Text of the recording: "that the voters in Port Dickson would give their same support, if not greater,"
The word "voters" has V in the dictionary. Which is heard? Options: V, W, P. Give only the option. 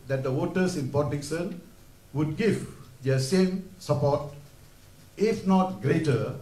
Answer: W